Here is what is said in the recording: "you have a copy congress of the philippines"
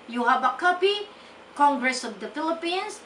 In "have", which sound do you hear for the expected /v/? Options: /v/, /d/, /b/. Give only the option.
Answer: /b/